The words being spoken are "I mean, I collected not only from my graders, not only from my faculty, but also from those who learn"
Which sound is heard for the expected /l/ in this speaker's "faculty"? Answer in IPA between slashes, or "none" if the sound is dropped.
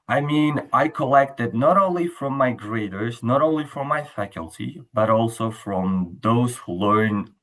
/l/